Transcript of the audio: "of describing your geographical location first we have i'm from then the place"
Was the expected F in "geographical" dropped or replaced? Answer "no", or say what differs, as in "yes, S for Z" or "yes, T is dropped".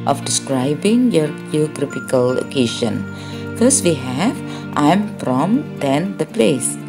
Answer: yes, P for F